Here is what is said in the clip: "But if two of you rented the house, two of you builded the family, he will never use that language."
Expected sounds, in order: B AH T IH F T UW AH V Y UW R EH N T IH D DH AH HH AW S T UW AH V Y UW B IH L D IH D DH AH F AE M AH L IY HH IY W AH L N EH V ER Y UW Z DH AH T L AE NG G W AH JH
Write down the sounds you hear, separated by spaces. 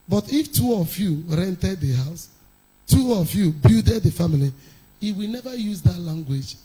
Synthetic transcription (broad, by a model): B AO T IH F T UW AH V Y UW R EH N T IH D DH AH HH AW S T UW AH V Y UW B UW D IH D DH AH F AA M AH L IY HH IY W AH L N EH V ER Y UW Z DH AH T L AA NG G W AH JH